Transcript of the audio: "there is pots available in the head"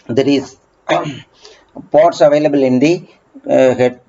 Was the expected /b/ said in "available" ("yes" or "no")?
yes